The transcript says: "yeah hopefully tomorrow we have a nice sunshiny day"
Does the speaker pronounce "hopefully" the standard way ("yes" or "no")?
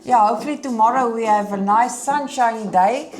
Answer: no